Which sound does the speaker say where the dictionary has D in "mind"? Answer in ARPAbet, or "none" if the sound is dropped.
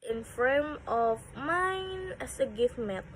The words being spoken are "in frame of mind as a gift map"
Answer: none